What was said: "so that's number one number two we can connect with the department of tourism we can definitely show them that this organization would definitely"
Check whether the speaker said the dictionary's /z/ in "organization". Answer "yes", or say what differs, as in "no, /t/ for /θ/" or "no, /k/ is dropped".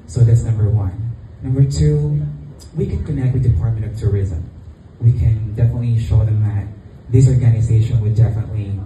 yes